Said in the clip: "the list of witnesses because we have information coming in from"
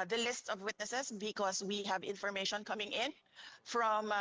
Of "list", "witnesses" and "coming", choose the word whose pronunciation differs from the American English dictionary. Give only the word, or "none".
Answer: witnesses